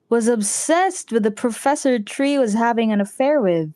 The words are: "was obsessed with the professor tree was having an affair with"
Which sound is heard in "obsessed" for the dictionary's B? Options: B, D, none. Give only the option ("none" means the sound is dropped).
B